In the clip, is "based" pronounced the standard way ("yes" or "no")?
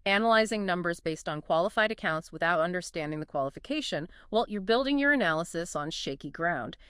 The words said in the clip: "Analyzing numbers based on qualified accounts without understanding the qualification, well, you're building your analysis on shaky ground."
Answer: yes